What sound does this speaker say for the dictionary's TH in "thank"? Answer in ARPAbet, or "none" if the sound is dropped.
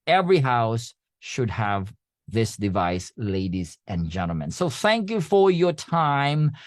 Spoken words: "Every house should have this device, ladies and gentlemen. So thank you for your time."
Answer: TH